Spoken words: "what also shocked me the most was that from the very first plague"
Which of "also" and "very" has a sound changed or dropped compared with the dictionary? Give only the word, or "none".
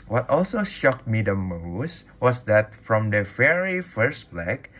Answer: very